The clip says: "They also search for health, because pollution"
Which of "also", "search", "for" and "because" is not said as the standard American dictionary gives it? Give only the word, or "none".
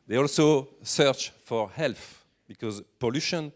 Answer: none